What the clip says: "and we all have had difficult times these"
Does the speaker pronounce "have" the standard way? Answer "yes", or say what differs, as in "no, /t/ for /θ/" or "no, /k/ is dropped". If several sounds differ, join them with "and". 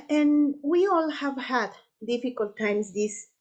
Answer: yes